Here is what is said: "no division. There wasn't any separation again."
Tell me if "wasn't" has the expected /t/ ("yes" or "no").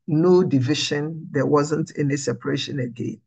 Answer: yes